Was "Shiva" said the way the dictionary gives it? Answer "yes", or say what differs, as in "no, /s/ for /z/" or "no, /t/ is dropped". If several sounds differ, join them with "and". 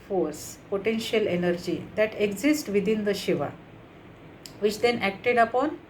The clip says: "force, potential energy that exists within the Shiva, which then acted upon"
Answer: yes